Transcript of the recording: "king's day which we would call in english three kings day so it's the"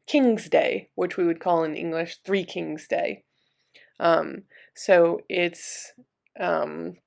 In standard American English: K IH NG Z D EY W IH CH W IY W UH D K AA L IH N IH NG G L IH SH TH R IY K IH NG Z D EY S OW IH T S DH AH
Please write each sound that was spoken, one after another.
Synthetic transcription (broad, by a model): K IH NG Z D EY W IH CH W IY W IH D K AA L IH N IH NG G L IH SH TH R IY K IH NG Z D EY S OW IH T S AH